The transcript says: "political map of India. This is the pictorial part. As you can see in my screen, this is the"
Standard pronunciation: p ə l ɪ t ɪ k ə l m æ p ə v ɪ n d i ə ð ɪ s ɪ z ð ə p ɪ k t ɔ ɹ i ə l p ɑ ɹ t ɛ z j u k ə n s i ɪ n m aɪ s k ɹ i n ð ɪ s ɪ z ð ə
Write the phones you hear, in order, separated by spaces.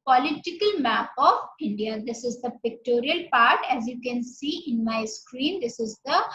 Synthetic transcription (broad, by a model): p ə l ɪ t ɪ k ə l m æ p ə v ɪ n d i ə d ɪ s ɪ z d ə p ɪ k t ɔ ɹ i ə l p ɑ ɹ t ɛ z j u k ə n s i ɪ n m aɪ s k ɹ i n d ɪ s ɪ z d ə